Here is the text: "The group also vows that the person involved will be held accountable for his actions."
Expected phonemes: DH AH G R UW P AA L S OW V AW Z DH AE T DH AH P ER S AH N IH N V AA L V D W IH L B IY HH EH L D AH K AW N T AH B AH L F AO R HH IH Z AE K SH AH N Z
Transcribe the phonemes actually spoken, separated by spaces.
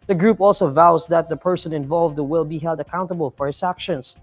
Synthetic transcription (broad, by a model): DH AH G R UW P AA L S OW V AW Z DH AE T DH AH P ER S AH N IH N V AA L V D W IH L B IY HH EH L D AH K AW N T AH B AH L F AO R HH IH S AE K SH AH N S